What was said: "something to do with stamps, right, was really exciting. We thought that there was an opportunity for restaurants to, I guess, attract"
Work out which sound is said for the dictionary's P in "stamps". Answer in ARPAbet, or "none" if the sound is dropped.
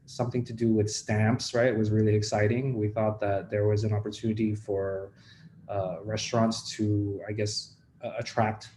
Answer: P